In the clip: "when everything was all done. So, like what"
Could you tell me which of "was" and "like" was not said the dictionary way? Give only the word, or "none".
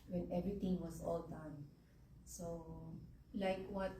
was